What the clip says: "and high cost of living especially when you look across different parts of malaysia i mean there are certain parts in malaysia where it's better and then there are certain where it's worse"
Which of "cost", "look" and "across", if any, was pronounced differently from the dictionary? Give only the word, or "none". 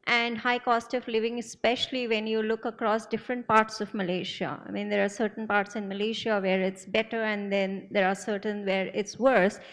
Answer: none